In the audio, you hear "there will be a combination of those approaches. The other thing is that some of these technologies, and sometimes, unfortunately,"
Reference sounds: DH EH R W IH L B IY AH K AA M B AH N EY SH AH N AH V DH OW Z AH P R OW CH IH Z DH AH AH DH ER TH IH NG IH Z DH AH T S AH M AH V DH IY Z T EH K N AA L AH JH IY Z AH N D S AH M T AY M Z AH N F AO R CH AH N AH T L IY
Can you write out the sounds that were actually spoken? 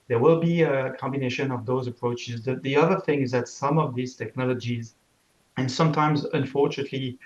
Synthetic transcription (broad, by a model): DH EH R W IH L B IY AH K AA M B AH N EY SH AH N AH V DH OW Z AH P R OW CH IH Z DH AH AH DH ER TH IH NG IH Z DH AH T S AH M AH V DH IY Z T EH K N AA L AH JH IY Z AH N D S AH M T AY M Z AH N F AO R CH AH N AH T L IY